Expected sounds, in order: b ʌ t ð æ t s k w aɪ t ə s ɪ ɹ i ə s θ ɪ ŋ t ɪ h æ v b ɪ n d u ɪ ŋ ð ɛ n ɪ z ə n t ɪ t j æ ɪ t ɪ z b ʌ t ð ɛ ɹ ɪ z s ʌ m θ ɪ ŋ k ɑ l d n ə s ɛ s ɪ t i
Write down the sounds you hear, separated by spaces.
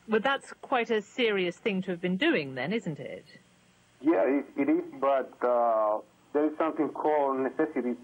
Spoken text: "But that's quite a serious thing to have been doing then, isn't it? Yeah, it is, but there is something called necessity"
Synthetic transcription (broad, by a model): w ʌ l ð æ t s k w aɪ t ə s ɪ ɹ i ə s θ ɪ ŋ t ɪ v b ɪ n d u ɪ ŋ ð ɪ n ɪ z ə n t ɪ t j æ ɪ t ɪ z b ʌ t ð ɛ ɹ ɪ z s ʌ m θ ɪ ŋ k ɑ l d n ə s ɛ s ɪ t i